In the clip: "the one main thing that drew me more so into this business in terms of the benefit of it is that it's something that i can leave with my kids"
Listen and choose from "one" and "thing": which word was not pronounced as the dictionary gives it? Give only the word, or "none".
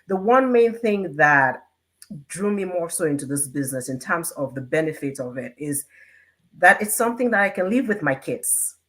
none